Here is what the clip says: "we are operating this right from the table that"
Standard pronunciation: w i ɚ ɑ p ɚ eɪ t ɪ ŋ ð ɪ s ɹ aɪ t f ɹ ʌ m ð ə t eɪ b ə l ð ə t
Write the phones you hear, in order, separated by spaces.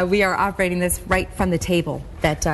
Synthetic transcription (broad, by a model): w i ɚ ɑ p ɚ eɪ t ɪ ŋ ð ɪ s ɹ aɪ t f ɹ ʌ m ð ə t eɪ b ə l ð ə t